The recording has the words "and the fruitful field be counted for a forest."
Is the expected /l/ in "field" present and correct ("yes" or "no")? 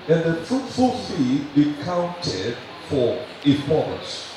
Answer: no